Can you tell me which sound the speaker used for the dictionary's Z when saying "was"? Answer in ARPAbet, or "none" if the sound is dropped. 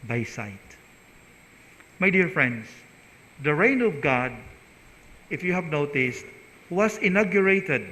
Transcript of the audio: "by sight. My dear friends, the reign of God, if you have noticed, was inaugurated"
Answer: S